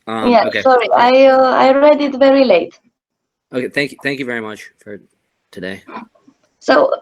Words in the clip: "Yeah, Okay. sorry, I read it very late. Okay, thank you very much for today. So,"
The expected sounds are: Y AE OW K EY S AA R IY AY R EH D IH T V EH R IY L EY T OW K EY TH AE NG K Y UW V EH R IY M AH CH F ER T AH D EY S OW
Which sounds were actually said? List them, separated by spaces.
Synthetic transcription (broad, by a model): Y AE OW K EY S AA R IY AY R EH D IH T V EH R IY L EY T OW K EY TH AE NG K Y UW V EH R IY M AH CH F ER T AH D EY S OW